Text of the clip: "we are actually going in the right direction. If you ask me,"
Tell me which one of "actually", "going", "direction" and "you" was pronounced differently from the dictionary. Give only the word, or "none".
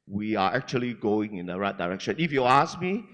none